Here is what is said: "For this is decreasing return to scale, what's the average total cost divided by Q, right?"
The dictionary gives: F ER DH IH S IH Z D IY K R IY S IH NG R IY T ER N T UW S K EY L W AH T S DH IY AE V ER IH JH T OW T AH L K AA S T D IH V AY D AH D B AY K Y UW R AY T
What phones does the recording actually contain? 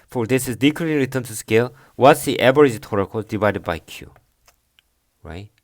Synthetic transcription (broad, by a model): F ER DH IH S IH Z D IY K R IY IH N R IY T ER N T UW S K EY L W AH T S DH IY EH B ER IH Z T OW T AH K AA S D IH V AY D AH D B AY K Y UW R AY T